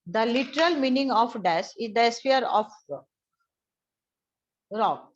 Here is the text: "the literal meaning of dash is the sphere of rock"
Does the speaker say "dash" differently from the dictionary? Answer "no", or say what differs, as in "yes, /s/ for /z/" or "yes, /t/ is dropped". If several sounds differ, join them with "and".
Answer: yes, /s/ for /ʃ/